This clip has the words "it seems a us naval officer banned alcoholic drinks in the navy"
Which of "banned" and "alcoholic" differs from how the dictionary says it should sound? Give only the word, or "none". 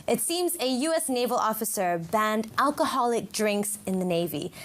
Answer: none